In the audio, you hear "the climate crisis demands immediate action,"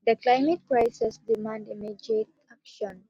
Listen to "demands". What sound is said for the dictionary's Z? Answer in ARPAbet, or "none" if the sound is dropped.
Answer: none